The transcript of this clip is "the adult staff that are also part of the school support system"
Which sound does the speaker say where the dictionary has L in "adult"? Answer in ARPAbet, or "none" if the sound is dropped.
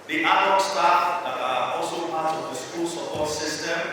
none